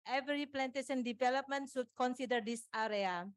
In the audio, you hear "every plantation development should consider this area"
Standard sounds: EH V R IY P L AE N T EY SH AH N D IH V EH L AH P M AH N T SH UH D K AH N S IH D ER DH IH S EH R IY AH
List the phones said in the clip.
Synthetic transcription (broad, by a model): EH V R IY P L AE N T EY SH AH N D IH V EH L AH P M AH N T S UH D K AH N S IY D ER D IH S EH R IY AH